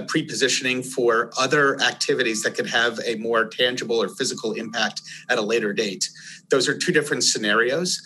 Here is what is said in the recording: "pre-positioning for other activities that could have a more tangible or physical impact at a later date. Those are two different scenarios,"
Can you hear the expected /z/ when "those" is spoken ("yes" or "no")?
yes